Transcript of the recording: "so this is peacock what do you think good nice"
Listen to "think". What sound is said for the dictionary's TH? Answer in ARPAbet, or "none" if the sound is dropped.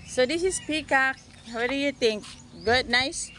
T